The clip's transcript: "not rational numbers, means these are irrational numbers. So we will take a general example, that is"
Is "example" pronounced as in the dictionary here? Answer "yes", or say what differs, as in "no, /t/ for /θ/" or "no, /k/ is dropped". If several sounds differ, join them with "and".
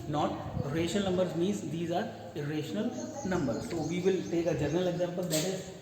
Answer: no, /b/ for /p/